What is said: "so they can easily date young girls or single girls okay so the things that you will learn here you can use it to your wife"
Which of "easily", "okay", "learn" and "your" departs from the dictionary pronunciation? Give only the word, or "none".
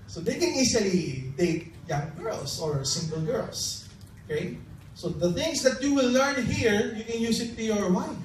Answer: easily